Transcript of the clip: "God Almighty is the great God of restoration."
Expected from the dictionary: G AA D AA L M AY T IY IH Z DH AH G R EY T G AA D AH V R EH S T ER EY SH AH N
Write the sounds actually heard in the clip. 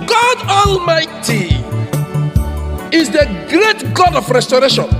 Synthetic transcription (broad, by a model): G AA D AA L M AY T IY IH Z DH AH G R EY T G AA D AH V R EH S T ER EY SH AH N